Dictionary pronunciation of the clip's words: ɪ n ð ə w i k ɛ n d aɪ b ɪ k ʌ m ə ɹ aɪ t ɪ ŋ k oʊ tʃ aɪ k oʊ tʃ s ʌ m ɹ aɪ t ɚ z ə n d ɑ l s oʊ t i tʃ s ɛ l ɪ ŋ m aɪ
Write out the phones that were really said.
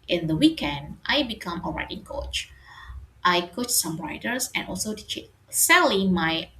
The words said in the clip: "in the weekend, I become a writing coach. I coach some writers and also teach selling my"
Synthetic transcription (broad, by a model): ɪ n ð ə w i k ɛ n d aɪ b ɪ k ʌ m ə ɹ aɪ t ɪ ŋ k oʊ tʃ aɪ k oʊ tʃ s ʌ m ɹ aɪ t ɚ s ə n ɑ l s oʊ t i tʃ s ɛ l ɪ m aɪ